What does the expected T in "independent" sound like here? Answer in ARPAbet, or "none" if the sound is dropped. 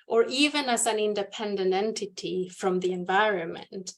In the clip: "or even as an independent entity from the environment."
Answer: T